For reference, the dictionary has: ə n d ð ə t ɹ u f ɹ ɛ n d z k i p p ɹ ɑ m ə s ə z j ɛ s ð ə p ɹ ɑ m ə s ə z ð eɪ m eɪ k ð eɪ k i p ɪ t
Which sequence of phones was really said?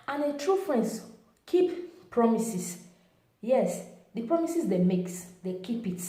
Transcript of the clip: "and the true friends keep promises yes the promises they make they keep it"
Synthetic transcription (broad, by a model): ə n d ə t ɹ u f ɹ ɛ n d s k i p p ɹ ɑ m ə s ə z j ɛ s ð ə p ɹ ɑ m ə s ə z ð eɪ m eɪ k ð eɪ k i p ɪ t